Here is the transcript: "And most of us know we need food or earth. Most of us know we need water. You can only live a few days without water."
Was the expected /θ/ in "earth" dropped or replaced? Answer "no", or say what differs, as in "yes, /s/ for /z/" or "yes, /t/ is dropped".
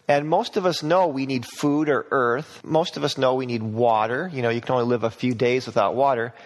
no